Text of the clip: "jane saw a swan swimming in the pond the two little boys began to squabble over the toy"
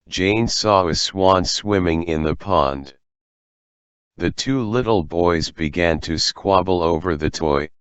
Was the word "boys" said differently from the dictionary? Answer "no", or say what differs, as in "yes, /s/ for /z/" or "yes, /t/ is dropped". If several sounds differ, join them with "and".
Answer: no